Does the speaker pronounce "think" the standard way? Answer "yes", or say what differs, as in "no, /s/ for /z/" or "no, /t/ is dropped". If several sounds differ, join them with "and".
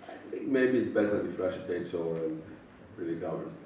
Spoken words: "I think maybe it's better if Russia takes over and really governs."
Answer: yes